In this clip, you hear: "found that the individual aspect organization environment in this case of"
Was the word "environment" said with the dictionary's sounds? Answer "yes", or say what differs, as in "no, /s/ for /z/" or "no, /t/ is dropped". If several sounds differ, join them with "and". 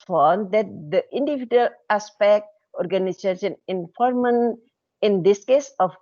no, /f/ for /v/